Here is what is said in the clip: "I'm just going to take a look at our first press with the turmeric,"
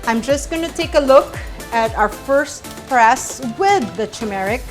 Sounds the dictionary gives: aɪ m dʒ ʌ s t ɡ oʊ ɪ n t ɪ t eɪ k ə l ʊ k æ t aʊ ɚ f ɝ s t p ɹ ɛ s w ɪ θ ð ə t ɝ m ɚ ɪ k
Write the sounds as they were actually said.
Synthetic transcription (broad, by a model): aɪ m dʒ ʌ s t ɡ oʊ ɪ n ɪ t eɪ k ə l ʊ k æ t aʊ ɚ f ɝ s t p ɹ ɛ s w ɪ ð ə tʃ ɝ m ɚ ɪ k